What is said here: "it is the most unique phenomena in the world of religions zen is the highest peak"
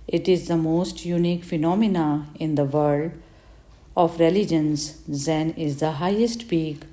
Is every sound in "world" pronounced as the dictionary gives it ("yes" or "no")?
no